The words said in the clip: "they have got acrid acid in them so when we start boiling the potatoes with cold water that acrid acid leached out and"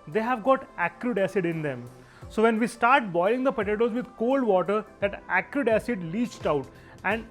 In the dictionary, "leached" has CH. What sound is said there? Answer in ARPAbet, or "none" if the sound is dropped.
CH